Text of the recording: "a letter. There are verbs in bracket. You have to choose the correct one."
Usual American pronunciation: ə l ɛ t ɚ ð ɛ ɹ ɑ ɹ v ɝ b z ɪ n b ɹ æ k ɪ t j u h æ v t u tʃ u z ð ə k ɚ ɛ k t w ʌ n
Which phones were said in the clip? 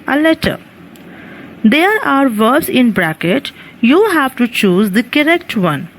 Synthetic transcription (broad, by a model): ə l ɛ t ɚ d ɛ ɹ ɑ ɹ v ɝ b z ɪ n b ɹ æ k ɪ t j u h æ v t u tʃ u z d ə k ɚ ɛ k t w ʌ n